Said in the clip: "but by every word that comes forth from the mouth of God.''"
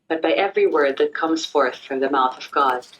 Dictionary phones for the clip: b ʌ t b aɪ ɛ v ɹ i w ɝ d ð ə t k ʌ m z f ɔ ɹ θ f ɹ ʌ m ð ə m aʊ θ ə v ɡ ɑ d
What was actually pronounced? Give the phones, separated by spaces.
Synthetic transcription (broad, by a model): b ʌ t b aɪ ɛ v ɹ i w ɝ d ð ə t k ʌ m z f ɔ ɹ θ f ɹ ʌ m ð ə m aʊ θ ə v ɡ ɑ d